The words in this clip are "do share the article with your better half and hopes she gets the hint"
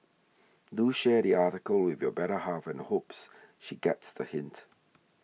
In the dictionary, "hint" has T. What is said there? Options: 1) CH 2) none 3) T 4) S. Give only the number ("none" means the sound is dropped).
3